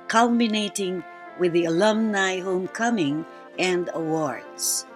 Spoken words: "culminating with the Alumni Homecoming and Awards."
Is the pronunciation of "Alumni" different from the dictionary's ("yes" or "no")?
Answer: no